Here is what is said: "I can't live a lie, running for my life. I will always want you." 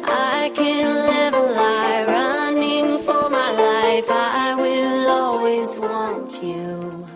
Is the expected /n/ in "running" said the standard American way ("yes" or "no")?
yes